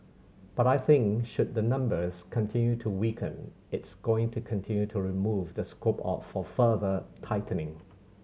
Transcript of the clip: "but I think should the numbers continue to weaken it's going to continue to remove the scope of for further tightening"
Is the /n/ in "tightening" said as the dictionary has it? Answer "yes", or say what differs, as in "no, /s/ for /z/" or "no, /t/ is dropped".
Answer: yes